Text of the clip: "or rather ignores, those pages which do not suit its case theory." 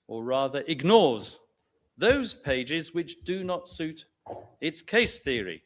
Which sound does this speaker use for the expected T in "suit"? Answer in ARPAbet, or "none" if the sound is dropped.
T